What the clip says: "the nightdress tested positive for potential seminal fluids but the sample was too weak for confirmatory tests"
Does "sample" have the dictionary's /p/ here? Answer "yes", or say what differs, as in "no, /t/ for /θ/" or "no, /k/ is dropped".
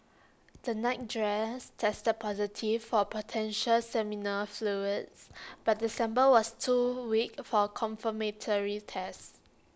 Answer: no, /b/ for /p/